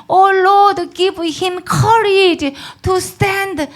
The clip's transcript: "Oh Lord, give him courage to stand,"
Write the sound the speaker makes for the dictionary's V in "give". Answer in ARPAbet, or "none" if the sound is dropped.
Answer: P